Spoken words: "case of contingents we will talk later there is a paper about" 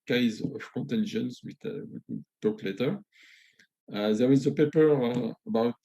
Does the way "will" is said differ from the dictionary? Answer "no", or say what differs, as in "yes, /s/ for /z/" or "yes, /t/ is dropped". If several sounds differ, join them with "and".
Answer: yes, /w/ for /l/